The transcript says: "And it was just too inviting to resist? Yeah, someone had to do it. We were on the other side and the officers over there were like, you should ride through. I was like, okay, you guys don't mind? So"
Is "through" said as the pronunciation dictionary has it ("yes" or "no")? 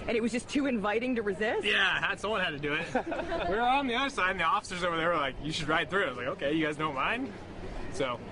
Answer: yes